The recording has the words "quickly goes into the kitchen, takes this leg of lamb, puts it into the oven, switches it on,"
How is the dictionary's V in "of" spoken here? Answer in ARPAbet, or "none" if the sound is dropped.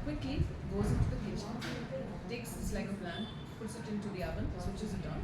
P